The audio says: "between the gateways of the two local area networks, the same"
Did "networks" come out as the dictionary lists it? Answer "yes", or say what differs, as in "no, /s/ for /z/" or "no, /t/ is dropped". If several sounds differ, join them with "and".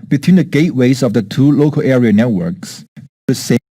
yes